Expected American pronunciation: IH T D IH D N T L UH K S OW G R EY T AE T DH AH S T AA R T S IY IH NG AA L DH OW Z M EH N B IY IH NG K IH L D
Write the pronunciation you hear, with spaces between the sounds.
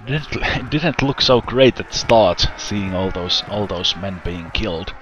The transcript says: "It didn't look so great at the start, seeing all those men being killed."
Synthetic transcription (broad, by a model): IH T D IH D N T L UH K S OW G R EY IH T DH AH S T AA R T S IY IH NG AA L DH OW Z M EH N B IY IH NG K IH L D